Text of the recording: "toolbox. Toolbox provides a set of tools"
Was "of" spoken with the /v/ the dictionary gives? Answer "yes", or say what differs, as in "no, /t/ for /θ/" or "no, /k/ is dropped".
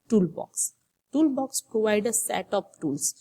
no, /p/ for /v/